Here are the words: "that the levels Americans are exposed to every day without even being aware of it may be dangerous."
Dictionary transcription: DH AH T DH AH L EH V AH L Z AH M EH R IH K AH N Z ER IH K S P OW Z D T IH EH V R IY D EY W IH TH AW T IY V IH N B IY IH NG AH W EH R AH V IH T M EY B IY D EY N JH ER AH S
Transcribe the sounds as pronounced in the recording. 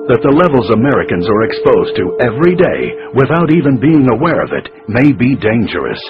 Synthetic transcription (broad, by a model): DH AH T DH AH L EH V L Z AH M EH R IH K AH N Z ER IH K S P OW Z T IH EH V R IY D EY W IH TH AW T IY V IH N B IY IH NG AH W EH R AH V IH T M EY B IY D EY N JH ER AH S